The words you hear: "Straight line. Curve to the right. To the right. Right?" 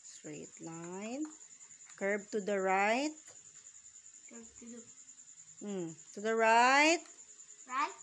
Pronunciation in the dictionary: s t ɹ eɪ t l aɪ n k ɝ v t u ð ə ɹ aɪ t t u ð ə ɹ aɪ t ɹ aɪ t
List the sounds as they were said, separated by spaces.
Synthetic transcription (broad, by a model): s t ɹ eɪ t l aɪ n k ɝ b t u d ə ɹ aɪ t t u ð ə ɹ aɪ ɹ aɪ t